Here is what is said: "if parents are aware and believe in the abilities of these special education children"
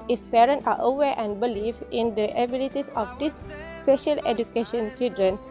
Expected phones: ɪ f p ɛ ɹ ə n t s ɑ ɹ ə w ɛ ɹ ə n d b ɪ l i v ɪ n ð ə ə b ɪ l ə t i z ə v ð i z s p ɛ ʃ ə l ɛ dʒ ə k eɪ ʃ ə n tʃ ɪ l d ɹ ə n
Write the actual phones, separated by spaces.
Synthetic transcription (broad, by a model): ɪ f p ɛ ɹ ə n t ɑ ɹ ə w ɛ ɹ ə n d b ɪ l i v ɪ n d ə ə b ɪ l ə t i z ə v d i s s p ɛ ʃ ə l ɛ dʒ ə k eɪ ʃ ə n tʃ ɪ l d ɹ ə n